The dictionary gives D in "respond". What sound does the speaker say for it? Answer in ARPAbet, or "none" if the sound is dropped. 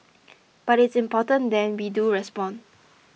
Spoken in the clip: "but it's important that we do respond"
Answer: none